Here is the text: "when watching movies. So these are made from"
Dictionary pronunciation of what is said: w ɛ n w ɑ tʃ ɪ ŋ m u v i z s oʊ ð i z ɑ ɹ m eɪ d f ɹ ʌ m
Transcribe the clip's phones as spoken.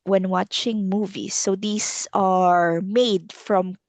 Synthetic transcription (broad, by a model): w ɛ n w ɑ tʃ ɪ ŋ m u v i s oʊ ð i s ɑ ɹ m eɪ d f ɹ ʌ m